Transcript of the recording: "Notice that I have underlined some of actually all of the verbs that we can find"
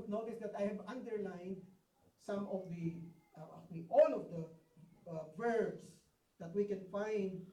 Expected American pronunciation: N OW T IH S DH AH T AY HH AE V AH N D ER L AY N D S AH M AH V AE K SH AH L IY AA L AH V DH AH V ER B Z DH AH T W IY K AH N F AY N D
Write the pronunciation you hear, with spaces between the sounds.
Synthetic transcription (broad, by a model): N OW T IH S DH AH T AY HH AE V AH N D ER L AY N D S AH M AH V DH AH IY AA L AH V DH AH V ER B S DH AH T W IY K AH N F AY N D